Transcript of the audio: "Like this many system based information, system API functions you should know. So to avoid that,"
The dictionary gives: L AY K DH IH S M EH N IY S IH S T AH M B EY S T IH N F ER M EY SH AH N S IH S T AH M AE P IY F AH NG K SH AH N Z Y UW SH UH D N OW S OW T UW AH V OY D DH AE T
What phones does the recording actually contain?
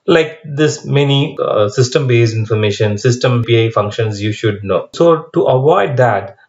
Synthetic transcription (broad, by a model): L AY K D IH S M EH N IY S IH S T AH M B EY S IH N F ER M EY SH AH N S IH S T AH M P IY F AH NG K SH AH N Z Y UW SH UH D N OW S OW T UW AH V OY D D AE T